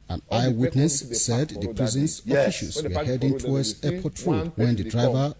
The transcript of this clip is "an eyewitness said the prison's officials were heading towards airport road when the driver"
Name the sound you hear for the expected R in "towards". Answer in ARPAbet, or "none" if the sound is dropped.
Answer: W